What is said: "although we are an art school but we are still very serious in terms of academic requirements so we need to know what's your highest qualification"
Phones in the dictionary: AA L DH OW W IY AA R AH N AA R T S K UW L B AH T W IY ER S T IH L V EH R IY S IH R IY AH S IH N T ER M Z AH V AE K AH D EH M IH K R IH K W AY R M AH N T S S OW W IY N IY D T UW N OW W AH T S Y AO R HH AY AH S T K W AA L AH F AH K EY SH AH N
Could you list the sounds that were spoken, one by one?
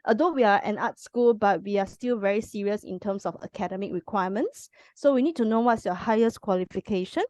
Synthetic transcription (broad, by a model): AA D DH OW W IY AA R AH N AA T S K UW L B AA T W IY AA S T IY L V EH R IY S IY R IY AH S IH N T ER M S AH F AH K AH D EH M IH K R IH K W AY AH M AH N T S S OW W IY N IY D T UW N OW W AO T S Y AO HH AY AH S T K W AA L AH F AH K EY SH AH N